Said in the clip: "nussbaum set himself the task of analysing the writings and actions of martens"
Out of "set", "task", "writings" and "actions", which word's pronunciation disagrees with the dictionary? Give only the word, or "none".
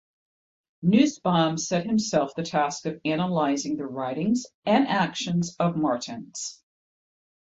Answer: none